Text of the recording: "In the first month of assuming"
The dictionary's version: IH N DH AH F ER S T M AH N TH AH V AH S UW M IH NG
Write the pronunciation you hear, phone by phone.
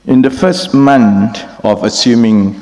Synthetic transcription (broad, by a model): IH N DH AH F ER S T M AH N T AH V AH S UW M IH NG